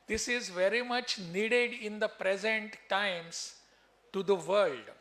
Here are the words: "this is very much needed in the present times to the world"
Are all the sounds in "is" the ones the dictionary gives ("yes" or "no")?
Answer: yes